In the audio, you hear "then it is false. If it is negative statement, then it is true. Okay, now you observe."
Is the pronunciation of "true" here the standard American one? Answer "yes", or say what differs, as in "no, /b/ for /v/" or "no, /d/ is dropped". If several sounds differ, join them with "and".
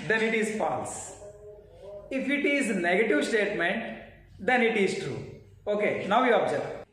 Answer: yes